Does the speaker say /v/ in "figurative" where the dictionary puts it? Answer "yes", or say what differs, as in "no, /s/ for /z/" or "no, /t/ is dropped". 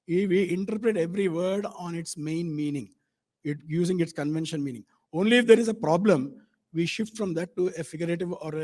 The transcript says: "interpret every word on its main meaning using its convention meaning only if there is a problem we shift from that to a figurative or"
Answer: yes